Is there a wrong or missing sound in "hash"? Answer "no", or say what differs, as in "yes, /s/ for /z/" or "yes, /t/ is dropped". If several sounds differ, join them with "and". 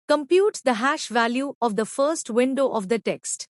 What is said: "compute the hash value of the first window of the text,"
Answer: no